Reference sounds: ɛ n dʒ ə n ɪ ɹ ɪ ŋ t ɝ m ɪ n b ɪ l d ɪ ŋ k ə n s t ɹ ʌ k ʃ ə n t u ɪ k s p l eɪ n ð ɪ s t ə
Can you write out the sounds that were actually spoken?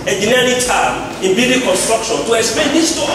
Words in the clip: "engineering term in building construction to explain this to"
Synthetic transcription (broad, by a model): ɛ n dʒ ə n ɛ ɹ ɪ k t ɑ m ɪ n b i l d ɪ k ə n s t ɹ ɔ k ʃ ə n t u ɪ k s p eɪ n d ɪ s t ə